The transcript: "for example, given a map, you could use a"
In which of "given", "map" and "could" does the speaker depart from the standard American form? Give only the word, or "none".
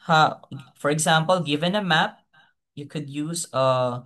none